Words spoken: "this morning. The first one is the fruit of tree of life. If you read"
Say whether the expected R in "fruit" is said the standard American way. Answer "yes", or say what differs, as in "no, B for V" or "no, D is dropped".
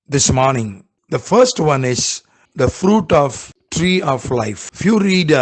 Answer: yes